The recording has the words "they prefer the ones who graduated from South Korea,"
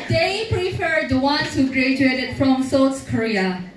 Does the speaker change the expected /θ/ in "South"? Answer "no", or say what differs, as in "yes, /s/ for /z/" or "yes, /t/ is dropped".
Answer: yes, /s/ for /θ/